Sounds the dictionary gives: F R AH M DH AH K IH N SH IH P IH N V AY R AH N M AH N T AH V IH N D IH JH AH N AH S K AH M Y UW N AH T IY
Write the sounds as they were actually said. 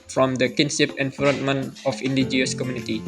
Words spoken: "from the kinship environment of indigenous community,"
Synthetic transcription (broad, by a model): F R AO M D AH K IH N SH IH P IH N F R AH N M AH N AH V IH N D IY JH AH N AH S K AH M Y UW N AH T IY